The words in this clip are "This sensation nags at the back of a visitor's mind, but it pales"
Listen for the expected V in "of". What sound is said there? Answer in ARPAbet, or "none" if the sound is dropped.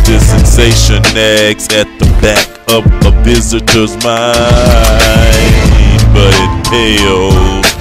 P